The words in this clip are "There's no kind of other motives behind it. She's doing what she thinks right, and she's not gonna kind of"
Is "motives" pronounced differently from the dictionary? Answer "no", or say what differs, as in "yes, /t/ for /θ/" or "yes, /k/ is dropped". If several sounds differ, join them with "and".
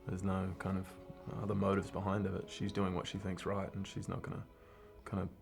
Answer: no